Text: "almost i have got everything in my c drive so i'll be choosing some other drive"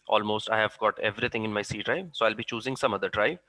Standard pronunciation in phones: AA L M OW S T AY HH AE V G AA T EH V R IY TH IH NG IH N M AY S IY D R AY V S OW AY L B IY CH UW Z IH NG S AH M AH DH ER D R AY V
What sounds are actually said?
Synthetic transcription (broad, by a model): AA L M OW S T AY HH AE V G AA T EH V R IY T IH NG IH N M AY S IY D R AY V S OW AY L B IY CH UW Z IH NG S AH M AH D ER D R AY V